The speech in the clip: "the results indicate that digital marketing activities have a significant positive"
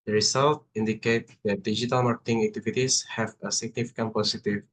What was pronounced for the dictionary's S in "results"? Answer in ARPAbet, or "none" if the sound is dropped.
none